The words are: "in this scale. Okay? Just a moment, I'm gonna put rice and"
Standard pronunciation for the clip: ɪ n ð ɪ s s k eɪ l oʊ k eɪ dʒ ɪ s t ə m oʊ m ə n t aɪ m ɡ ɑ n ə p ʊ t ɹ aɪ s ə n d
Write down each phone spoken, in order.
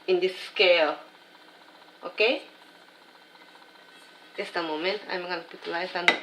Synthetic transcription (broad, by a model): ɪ n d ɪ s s k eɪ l oʊ k eɪ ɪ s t ə m oʊ m ə n t aɪ m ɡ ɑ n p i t l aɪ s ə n